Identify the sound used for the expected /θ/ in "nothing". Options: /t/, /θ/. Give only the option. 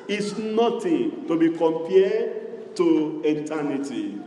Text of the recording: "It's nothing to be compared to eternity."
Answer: /t/